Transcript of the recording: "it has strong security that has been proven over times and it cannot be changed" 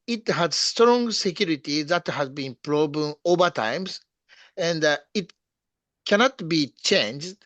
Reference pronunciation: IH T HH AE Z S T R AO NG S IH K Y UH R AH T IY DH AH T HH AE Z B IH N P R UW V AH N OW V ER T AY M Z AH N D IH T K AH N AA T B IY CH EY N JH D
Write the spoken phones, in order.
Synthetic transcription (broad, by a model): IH T HH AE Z S T R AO NG S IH K Y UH R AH T IY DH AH T HH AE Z B IH N P R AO B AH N OW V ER T AY M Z AH N D IH T K AH N AA T B IY CH EY N JH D